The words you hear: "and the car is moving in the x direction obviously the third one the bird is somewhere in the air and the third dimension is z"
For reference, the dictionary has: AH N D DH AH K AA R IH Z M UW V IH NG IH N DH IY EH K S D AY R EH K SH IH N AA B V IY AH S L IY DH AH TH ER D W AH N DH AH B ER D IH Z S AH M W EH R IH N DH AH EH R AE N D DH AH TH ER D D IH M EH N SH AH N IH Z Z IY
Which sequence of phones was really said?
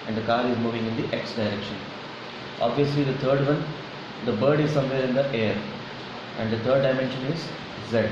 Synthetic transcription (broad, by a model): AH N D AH K AA R IH Z M UW V IH NG IH N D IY EH K S D AY R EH K SH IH N AA B V IY AH S L IY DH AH T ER D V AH N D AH B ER D IH Z S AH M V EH R IH N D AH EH R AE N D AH T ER D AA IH M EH N SH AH N IH Z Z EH